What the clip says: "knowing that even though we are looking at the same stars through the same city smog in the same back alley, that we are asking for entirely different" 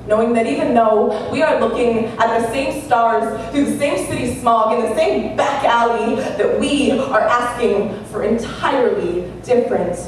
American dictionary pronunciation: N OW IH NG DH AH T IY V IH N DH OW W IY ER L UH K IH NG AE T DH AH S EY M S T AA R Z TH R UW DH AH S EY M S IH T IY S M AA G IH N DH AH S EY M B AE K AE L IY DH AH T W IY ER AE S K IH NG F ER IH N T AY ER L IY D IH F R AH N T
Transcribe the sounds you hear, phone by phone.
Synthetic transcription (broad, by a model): N OW IH NG DH AH T IY V IH N DH OW W IY ER L UH K IH NG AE T DH AH S EY M S T AA R Z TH UW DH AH S EY M S IH T IY S M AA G IH N DH AH S EY M B AE K AE L IY DH AH T W IY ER AE S K IH NG F ER IH N T AY ER L IY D IH F R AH N T